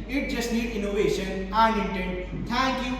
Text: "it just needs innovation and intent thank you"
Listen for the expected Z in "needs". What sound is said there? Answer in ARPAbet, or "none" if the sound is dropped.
none